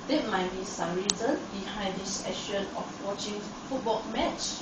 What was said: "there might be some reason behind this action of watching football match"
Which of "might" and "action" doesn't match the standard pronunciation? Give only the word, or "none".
action